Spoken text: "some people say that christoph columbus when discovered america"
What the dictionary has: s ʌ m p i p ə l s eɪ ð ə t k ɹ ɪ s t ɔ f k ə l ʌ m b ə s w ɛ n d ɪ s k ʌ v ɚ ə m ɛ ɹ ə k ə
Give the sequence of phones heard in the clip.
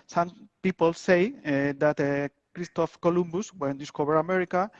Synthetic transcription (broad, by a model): s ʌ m p i p ə l s eɪ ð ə t k ɹ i s t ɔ f k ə l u m b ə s w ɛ n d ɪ s k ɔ b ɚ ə m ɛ ɹ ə k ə